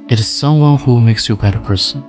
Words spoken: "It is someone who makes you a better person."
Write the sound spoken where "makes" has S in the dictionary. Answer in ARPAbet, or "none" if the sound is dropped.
S